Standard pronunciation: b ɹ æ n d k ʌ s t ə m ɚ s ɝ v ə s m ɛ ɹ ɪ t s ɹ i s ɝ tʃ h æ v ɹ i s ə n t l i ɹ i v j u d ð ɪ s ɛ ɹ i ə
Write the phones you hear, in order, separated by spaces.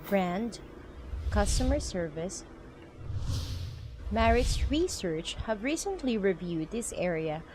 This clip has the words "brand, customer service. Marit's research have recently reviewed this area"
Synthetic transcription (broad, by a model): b ɹ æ n d k ʌ s t ə m ɚ s ɝ v ə s m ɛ ɹ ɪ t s ɹ i s ɝ tʃ h æ v ɹ i s ə n t l i ɹ i v j u d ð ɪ s ɛ ɹ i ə